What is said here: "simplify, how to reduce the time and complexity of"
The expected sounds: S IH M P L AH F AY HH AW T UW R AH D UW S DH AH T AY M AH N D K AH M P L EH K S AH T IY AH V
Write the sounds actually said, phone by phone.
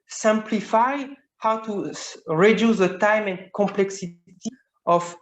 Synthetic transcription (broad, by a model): S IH M P L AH F AY HH AW T UW R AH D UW S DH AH T AY M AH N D K AH M P L EH K S AH T IY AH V